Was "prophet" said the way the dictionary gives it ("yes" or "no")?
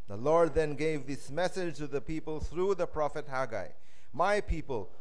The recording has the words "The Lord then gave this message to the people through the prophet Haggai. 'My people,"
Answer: yes